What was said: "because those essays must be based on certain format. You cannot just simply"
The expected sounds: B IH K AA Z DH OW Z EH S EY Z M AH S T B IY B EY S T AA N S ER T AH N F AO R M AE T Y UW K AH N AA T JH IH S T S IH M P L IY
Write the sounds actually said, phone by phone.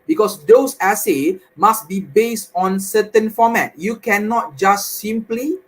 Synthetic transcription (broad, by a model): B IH K AA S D OW S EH S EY M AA S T B IY B EY S T AA N S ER T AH N F AO M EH T Y UW K AH N AA T JH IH S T S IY M P L IY